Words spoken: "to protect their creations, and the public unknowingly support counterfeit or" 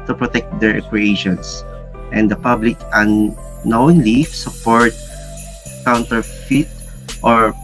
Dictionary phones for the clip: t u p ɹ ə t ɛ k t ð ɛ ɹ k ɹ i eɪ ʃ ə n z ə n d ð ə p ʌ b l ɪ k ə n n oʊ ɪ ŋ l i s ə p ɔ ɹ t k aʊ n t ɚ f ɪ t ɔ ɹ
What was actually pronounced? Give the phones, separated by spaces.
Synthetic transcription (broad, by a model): t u p ɹ ə t ɛ k t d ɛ ɹ k w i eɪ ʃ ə n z ə n d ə p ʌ b l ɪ k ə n n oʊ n l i s ə p ɔ ɹ t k aʊ n t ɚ f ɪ t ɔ ɹ